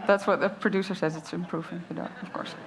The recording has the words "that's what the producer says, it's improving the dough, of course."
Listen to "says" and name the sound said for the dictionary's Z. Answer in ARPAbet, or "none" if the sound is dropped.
Z